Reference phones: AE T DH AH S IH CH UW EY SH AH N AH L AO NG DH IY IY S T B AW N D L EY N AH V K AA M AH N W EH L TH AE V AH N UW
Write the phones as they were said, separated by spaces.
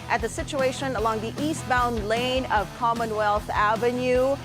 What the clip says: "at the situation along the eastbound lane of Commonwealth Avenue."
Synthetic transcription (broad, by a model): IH T DH AH S IH CH UW EY SH AH N AH L AO NG DH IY IY S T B AW N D L EY N AH V K AA M AH N W EH L TH AE V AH N UW